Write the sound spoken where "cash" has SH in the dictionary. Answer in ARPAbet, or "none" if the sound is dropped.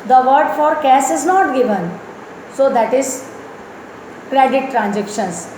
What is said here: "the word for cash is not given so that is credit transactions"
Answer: S